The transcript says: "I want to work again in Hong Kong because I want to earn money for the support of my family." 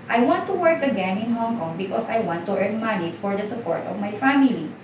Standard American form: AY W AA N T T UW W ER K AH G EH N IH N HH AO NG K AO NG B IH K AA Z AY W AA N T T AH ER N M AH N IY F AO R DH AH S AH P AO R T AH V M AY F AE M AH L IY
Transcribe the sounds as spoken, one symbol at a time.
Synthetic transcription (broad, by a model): AY W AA N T T UW W ER K AH G EH N IH N HH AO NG K AO NG B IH K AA S AY W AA N T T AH ER N M AH N IY F AO R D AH S AH P AO R T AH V M AY F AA M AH L IY